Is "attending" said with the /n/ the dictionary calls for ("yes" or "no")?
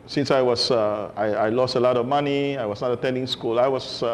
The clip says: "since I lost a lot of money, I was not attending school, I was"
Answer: yes